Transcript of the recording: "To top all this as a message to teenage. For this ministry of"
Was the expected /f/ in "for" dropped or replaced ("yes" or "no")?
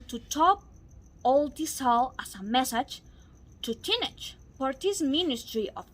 yes